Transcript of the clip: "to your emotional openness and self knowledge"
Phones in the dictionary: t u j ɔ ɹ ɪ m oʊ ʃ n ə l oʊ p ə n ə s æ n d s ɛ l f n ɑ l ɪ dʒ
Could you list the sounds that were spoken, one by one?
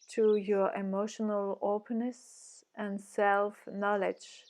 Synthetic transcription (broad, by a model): t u j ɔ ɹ ɪ m oʊ ʃ n ə l oʊ p ə n ə s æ n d s ɛ l f n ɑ l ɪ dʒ